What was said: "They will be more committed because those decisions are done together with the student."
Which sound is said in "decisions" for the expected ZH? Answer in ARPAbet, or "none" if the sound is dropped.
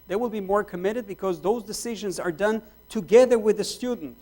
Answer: ZH